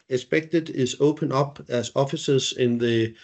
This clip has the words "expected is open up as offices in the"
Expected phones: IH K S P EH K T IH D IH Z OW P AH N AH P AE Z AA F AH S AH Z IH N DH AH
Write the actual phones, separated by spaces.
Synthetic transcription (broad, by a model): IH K S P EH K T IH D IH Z OW P AH N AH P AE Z AA F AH S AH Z IH N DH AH